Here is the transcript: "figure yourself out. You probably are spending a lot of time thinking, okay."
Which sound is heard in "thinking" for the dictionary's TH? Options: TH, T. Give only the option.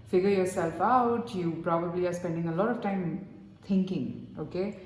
T